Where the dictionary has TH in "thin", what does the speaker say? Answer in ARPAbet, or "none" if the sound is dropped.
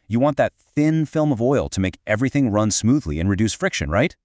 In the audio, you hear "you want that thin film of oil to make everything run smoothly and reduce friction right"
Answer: TH